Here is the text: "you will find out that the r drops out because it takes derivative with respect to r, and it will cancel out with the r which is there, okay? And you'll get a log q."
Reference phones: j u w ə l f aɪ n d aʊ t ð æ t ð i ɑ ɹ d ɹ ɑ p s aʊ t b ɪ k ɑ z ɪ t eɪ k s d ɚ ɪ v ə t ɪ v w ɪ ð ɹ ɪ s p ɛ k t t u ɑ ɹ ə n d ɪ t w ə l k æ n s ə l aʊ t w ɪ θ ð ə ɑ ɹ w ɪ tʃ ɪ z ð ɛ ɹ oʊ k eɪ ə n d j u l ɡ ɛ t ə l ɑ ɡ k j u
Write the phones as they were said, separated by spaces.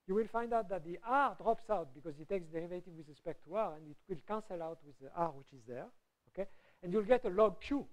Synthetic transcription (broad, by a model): j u w ə l f aɪ n d aʊ t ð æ t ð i ɑ ɹ d ɹ ɑ p s aʊ t b ɪ k ɑ z ɪ t eɪ k s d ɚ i v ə t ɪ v w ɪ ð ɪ s p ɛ k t t u ɑ ɹ ə n d ɪ t w ə l k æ n s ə l aʊ t w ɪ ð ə ɑ ɹ w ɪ tʃ ɪ z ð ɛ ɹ oʊ k eɪ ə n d j u l ɡ ɛ t ə l ɑ ɡ k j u